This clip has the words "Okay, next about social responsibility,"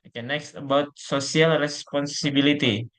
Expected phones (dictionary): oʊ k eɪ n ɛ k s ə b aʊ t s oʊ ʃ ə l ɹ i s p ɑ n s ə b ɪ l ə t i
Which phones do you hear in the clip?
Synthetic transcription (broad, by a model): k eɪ n ɛ k s ə b aʊ t s oʊ s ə l ɹ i s p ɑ n s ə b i l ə t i